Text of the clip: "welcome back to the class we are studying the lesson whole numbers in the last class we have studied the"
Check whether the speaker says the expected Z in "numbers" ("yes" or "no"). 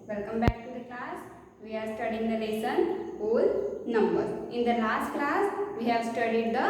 no